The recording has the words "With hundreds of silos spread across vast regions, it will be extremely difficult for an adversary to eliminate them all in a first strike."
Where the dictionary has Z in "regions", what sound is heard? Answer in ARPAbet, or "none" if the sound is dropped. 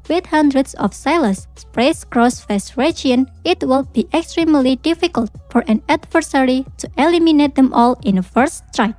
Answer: none